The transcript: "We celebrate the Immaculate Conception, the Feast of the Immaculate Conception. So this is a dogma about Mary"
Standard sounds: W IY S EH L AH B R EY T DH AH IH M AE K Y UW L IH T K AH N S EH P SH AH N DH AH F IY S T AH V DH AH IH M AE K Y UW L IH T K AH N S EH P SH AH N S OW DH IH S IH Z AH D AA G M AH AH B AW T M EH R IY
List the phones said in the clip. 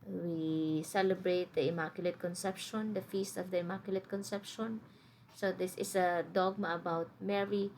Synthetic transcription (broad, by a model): W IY S EH L AH B R EY T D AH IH M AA K Y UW L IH T K AH N S EH P SH AH N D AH F IY S T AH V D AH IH M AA K Y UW L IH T K AH N S EH P SH AH N S OW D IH S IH S AH D AA G M AH AH B AW T M EH R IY